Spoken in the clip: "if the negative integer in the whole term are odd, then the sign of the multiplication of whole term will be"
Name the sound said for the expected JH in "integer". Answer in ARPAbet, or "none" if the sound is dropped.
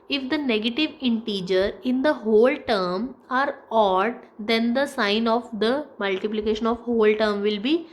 JH